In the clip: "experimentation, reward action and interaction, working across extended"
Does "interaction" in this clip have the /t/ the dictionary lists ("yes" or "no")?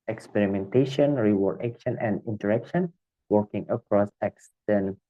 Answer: yes